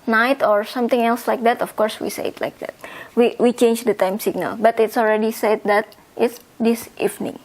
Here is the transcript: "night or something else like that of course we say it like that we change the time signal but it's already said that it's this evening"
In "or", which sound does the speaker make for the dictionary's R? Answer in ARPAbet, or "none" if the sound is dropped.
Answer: R